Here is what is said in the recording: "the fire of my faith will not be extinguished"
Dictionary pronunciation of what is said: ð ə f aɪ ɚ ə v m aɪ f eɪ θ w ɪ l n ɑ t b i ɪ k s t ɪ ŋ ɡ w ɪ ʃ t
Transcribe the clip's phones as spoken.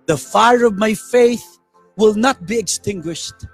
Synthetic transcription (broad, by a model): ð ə f aɪ ɚ ə v m aɪ f eɪ θ w ɪ l n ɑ t b i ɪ k s t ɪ ŋ ɡ w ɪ ʃ t